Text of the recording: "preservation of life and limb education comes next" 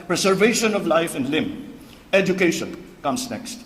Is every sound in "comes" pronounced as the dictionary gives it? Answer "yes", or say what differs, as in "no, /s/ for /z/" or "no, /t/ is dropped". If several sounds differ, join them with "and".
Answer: no, /s/ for /z/